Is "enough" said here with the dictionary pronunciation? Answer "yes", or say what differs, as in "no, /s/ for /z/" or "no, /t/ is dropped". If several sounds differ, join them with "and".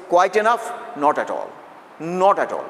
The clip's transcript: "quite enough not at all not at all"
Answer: yes